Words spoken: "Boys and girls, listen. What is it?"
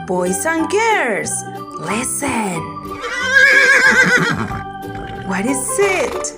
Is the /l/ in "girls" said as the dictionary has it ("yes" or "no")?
no